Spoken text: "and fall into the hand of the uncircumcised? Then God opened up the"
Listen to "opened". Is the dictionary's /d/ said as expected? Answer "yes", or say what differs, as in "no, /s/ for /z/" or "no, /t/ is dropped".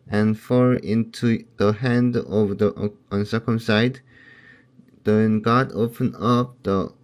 no, /d/ is dropped